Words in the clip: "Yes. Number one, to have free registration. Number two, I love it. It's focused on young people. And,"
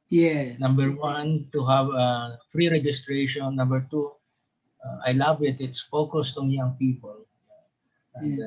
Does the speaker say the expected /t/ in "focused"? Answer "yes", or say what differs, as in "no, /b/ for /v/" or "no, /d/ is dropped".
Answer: yes